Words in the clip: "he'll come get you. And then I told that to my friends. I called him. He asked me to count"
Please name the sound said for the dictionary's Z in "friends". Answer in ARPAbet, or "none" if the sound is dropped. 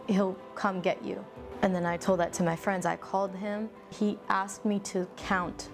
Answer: Z